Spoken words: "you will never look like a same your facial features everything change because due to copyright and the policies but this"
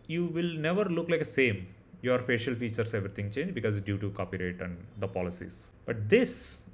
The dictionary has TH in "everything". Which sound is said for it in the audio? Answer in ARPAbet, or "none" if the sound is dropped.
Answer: T